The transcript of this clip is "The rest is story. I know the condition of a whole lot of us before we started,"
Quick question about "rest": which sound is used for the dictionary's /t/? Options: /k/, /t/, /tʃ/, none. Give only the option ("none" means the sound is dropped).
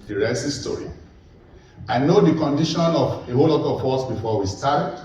none